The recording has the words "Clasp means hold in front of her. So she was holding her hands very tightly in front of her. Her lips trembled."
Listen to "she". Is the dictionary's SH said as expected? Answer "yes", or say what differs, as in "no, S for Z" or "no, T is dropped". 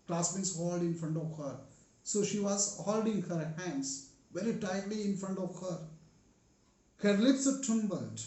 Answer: yes